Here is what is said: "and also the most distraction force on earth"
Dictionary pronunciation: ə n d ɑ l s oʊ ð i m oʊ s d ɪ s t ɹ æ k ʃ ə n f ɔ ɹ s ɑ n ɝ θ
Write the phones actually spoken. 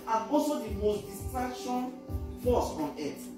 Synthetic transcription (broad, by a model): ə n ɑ s oʊ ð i m oʊ s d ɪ s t ɹ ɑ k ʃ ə n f ɔ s ɑ n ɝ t